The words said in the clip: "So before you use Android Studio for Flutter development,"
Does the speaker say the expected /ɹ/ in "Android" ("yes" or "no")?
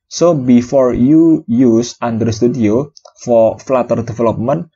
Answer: no